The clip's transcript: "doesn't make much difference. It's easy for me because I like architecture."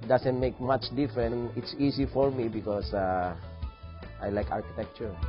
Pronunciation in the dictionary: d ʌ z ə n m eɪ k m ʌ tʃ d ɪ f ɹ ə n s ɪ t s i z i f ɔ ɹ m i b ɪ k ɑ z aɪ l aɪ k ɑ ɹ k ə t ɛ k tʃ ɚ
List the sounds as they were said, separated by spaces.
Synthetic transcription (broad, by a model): d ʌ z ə n m eɪ k m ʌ tʃ d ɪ f ɹ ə n ɪ t s i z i f ɔ ɹ m i b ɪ k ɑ s aɪ l aɪ k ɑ ɹ k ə t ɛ k tʃ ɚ